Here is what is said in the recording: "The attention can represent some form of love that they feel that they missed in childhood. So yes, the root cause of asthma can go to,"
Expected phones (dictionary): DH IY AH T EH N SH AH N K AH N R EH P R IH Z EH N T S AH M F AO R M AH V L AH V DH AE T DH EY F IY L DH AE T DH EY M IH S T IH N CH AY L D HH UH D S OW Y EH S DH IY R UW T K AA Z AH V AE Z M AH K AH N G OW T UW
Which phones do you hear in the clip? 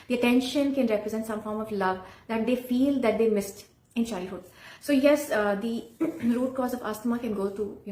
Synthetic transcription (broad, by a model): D IY AH T EH N SH AH N K AH N R EH P R IH Z EH N T S AH M F AO R M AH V L AH V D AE T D EY F IY L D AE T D EY M IH S T IH N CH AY D HH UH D S OW Y EH S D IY R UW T K AA Z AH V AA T M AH K AH N G OW T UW